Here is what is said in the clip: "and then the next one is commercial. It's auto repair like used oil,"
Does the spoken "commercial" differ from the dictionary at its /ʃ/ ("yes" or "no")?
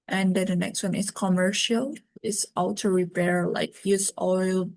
no